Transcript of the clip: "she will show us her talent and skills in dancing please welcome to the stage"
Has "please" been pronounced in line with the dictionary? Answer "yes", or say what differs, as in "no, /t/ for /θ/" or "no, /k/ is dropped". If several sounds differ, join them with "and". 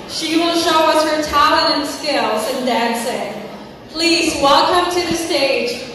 yes